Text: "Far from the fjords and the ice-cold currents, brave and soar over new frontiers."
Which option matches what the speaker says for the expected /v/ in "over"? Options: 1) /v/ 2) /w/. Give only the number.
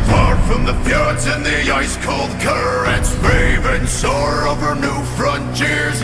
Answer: 1